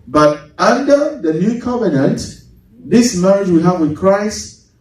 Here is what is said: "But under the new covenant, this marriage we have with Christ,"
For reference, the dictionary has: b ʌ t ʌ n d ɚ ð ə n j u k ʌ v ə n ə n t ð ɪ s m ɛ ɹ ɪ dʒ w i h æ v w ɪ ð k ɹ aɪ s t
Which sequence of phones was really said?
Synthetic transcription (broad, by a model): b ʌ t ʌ n d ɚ ð ə n j u k ʌ v ə n ə n t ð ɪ s m ɛ ɹ ɪ dʒ w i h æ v w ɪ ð k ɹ aɪ s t